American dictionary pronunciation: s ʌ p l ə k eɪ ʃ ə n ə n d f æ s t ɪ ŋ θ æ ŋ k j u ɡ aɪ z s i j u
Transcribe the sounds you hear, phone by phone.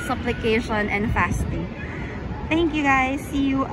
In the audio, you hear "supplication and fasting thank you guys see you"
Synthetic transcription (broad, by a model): s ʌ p l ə k eɪ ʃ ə n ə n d f æ s t ɪ ŋ θ æ ŋ k j u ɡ aɪ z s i j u